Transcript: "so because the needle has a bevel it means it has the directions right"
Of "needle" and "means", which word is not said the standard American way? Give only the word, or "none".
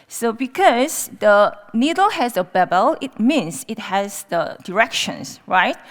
means